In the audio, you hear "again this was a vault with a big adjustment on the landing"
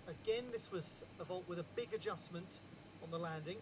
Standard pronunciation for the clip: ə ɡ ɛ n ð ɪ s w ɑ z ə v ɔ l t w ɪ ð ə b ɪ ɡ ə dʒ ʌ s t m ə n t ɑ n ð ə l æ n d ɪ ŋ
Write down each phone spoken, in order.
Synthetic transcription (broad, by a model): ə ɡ ɛ n ð ɪ s w ɑ z ə v ɔ l t w ɪ ð ə b ɪ ɡ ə dʒ ʌ s m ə n t n ð ə l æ n d ɪ ŋ